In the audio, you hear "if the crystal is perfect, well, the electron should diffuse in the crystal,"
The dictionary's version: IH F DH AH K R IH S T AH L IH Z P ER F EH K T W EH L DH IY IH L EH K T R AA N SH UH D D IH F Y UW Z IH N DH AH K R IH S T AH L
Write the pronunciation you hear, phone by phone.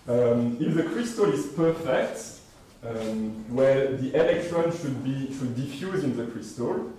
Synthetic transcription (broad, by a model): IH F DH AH K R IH S T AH L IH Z P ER F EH K T W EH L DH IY IH L EH K T R AA N SH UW D D IH F Y UW Z IH N DH AH K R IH S T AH L